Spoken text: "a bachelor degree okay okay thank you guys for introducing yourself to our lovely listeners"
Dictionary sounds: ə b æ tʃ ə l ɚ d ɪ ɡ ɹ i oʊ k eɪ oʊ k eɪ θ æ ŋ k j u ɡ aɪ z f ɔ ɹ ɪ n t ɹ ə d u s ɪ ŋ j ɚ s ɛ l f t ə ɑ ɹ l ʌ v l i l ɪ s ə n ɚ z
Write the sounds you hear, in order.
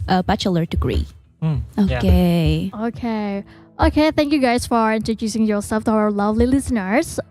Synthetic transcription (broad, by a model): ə b æ tʃ ə l ɚ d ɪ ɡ ɹ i oʊ k eɪ oʊ k eɪ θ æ ŋ k j u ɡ aɪ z f ɔ ɹ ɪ n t ɹ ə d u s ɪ ŋ j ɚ s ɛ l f t ə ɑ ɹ l ʌ v l i l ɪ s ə n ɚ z